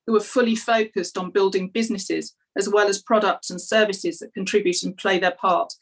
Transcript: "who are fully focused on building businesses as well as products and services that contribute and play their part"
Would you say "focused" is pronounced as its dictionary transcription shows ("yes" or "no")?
yes